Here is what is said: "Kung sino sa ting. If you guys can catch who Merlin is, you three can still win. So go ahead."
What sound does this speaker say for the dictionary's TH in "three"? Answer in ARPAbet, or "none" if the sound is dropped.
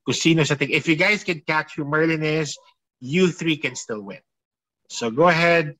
TH